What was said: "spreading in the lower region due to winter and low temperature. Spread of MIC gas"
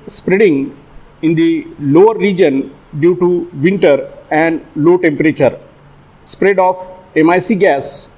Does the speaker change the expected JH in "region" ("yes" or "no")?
no